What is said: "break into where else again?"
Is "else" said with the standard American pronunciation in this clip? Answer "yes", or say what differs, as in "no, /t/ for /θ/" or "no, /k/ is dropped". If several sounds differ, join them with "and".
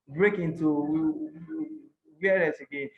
no, /l/ is dropped